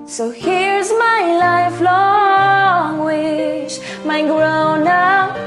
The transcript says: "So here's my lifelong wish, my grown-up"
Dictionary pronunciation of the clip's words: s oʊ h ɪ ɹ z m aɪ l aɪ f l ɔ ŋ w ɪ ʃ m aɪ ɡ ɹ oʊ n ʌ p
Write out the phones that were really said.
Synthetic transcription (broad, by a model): s oʊ h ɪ ɹ z m aɪ l aɪ f l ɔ ŋ w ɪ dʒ m aɪ ɡ ɹ oʊ n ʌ